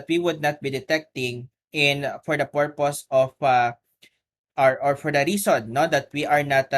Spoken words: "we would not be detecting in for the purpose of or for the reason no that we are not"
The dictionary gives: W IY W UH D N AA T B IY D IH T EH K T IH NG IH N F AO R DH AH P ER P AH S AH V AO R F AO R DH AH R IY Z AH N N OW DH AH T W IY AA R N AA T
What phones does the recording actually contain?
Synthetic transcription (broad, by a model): W IY W UH D N AA T B IY D IH T EH K T IH NG IH N F AO R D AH P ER P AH S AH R AO R F AO R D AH R IY S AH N N OW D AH T W IY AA R N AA T